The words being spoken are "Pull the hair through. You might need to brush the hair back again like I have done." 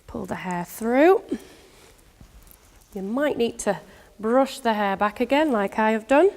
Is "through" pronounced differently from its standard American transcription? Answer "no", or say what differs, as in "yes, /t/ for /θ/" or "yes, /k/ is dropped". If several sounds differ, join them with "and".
no